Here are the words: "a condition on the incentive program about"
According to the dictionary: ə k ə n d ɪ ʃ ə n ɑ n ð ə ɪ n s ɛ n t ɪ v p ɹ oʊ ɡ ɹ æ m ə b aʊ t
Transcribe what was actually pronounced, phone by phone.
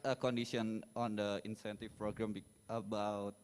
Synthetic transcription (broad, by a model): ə k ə n d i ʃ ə n ɑ n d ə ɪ n s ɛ n t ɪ f p ɹ oʊ ɡ ɹ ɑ m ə b aʊ t